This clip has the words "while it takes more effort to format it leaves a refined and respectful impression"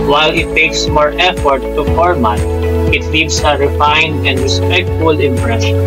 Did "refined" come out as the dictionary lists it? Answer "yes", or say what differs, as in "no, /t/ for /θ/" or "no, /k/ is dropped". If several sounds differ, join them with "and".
yes